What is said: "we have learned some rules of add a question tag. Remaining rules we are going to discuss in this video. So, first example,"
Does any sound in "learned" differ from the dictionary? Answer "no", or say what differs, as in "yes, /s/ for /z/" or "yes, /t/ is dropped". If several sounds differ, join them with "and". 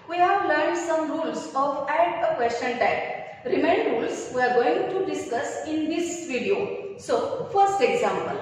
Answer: yes, /n/ is dropped